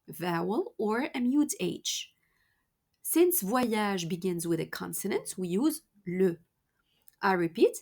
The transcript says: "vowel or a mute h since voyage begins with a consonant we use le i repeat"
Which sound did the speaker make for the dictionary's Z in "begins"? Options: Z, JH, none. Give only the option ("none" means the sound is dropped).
Z